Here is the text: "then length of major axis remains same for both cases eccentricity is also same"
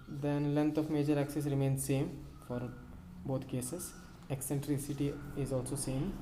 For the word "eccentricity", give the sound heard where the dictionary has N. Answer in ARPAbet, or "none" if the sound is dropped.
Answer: N